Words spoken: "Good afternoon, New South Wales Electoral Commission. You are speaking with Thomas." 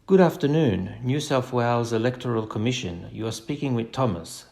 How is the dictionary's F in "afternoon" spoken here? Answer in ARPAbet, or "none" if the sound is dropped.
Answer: F